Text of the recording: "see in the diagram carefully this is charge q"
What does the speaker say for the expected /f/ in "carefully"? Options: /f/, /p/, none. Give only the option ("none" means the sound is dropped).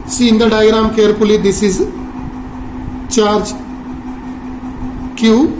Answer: /p/